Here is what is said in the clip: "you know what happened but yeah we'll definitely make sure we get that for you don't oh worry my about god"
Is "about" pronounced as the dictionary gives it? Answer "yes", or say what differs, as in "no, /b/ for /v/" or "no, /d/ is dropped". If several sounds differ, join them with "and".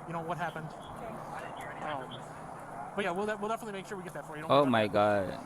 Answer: no, /b/ is dropped